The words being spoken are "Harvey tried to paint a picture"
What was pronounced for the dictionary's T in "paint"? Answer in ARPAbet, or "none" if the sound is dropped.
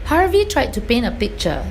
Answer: none